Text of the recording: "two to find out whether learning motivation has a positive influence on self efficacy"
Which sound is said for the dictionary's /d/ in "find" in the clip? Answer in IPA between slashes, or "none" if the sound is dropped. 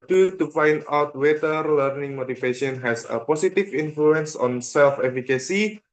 /d/